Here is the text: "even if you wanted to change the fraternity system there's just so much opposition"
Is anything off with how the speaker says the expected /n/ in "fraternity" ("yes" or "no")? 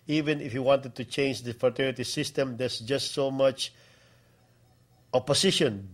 yes